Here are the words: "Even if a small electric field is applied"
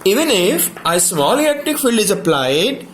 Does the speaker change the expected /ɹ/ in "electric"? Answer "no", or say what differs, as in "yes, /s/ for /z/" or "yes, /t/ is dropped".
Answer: yes, /ɹ/ is dropped